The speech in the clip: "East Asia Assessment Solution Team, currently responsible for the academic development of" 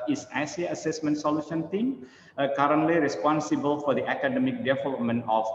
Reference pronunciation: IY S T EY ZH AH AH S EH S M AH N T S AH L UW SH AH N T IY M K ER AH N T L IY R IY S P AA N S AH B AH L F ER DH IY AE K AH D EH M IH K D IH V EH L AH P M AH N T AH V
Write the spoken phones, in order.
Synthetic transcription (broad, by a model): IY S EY S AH AH S EH S M AH N T S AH L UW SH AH N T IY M K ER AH N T L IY R IY S P AA N S AH B AH L F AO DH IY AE K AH D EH M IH K D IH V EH L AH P M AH N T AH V